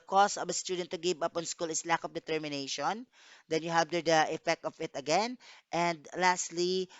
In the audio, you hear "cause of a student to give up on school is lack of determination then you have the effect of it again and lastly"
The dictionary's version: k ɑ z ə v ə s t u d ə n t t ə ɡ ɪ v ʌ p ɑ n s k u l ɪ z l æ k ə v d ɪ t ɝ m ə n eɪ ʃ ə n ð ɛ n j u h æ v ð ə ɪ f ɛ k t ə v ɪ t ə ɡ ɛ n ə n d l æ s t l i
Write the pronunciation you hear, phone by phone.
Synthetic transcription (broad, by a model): k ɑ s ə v ə s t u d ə n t t ə ɡ ɪ v ʌ p ɑ n s k u l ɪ s l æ k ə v d ɪ t ɝ m ə n eɪ ʃ ə n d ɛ n j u h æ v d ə ɪ f ɛ k t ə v ɪ t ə ɡ ɛ n ə n d l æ s t l i